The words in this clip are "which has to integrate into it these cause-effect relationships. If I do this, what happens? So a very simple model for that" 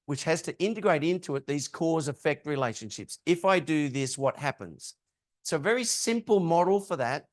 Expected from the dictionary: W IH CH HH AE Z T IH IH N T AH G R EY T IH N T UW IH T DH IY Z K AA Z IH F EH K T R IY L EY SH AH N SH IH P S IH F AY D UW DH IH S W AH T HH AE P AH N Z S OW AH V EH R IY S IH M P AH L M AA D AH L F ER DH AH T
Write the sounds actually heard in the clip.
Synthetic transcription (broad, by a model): W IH CH HH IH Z T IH IH N T AH G R EY T IH N T UW IH T DH IY Z K AA Z IH F EH K T R IY L EY SH AH N SH IH P S IH F AY D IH DH IH S W AH T HH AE P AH N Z S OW AH V EH R IY S IH M P L M AA D L F ER DH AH T